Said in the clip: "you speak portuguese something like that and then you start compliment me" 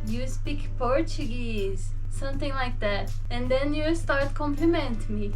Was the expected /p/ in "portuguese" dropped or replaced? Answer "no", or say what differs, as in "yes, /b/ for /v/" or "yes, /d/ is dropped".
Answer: no